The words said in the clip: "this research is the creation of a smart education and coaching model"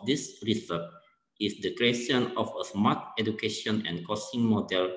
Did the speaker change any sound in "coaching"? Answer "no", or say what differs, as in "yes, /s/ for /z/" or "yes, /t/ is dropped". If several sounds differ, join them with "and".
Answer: yes, /s/ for /tʃ/